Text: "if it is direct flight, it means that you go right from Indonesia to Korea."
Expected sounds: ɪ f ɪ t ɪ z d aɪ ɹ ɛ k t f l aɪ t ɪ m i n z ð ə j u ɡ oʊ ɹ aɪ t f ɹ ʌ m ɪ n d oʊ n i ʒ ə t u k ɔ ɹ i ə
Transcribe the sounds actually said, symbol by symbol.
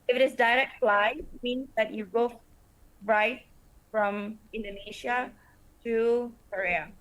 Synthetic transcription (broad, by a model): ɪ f ɪ t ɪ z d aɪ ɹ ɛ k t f l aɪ ɪ m i n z ð ə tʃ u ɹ oʊ ɹ aɪ t f ɹ ʌ m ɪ n d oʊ n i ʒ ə t u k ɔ ɹ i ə